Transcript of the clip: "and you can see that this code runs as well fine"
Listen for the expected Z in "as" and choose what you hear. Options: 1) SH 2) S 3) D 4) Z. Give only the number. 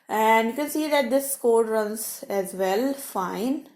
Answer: 4